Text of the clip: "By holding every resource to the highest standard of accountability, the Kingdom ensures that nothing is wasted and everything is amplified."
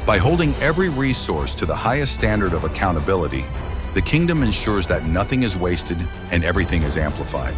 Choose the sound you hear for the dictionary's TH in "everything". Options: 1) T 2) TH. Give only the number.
2